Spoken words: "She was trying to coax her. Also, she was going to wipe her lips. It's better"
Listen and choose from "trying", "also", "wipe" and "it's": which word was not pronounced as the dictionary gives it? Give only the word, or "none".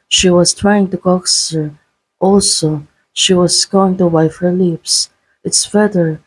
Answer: wipe